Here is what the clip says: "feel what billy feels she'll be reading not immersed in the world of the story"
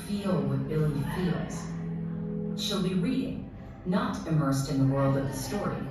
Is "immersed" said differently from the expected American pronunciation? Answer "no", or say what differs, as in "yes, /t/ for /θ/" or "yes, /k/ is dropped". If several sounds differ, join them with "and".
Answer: no